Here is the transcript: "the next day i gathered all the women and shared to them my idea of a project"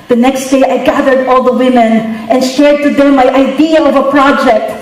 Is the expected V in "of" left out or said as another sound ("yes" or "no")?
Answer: no